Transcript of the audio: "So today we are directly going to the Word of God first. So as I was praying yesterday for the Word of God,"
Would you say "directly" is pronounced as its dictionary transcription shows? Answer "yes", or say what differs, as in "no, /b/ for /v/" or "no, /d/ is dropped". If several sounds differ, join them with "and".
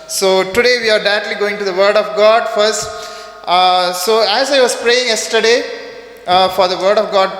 no, /ɹ/ is dropped